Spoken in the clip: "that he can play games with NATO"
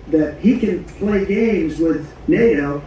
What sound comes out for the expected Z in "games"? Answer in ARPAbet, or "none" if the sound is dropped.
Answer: Z